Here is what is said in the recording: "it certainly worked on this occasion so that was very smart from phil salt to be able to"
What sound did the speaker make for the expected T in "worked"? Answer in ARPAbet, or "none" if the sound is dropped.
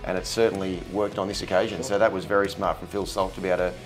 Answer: T